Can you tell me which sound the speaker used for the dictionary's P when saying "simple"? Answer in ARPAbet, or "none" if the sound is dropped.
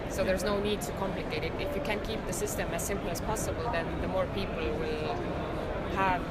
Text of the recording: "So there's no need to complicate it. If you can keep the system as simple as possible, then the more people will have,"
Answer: P